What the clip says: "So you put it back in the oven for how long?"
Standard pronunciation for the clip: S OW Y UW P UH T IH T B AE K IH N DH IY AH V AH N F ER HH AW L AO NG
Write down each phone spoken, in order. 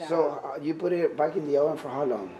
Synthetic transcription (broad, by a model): S OW Y UW P UH T IH T B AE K IH N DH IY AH AH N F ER HH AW L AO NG